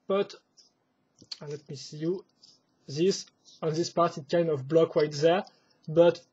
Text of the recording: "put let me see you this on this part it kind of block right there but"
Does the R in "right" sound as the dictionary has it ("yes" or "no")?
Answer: no